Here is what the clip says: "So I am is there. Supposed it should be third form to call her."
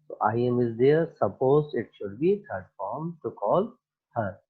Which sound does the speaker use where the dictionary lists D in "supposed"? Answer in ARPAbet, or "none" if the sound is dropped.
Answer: none